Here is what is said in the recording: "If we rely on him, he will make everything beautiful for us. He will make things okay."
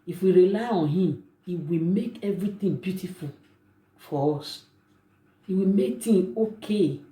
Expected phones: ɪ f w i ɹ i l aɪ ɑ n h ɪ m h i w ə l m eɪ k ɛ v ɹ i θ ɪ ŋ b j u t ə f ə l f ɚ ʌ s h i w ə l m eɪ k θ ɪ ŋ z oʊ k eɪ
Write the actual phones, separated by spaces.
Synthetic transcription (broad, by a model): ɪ f w i ɹ i l aɪ ɑ n h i m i w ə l m eɪ k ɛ v ɹ i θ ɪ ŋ b j u t ə f ə l f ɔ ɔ s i w ə l m eɪ k t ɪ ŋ oʊ k eɪ